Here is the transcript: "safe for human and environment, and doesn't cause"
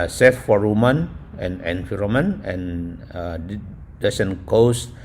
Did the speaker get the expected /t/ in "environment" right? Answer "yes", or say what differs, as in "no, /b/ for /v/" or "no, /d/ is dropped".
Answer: no, /t/ is dropped